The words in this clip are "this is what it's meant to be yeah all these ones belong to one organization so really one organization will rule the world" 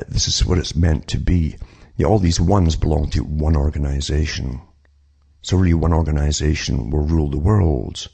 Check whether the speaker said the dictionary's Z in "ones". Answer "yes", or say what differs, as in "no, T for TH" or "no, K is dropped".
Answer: yes